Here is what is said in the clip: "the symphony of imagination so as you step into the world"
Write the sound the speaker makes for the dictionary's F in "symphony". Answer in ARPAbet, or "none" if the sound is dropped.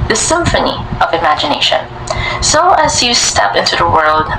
F